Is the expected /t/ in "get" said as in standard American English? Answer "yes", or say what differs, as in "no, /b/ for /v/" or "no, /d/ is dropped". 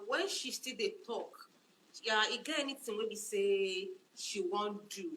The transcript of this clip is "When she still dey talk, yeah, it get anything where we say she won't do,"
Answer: no, /t/ is dropped